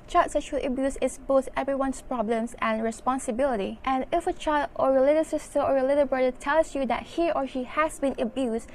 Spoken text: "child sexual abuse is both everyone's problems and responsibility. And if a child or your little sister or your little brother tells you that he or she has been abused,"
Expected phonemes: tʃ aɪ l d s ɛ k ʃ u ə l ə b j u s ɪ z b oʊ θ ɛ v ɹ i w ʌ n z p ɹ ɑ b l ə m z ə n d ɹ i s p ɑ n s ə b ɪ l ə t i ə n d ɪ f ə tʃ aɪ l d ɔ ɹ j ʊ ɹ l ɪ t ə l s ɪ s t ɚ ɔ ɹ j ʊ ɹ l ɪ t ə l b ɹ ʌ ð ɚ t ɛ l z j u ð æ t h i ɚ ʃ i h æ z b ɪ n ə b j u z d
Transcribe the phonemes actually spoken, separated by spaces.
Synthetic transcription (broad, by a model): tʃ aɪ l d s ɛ ʃ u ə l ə b j u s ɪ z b oʊ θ ɛ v ɹ i w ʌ n s p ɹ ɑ b l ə m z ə n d ɹ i s p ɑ n s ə b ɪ l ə t i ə n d ɪ f ə tʃ aɪ l d ɔ ɹ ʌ l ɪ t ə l s ɪ s t ɚ ɔ ɹ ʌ l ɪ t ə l b ɹ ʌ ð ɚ t ɛ l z j u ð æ t h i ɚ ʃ i h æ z b ɪ n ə b j u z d